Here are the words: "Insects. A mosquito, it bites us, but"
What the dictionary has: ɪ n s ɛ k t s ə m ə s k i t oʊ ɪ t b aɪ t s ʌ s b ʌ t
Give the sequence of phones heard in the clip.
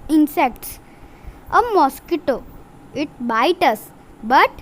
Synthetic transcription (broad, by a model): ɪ n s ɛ k t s ə m ə s k i t oʊ ɪ t b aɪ t ʌ s b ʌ t